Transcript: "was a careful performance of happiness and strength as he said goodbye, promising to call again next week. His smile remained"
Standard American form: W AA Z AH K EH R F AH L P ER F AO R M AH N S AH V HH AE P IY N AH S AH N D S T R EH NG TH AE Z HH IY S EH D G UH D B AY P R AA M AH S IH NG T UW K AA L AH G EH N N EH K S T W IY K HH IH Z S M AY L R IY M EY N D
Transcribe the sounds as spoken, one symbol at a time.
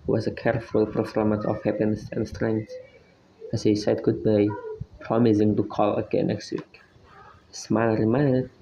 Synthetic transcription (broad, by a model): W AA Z AH K EH R F AH L P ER F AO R M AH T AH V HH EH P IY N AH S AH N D S T R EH NG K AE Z HH IY S EH D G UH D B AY P R AA M AH S IH NG T UW K AA L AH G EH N N EH K S T W IY K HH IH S M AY N R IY M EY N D